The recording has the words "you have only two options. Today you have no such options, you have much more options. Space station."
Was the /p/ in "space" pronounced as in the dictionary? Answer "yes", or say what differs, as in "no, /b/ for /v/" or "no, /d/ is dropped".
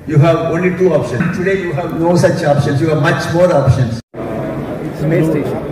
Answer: no, /p/ is dropped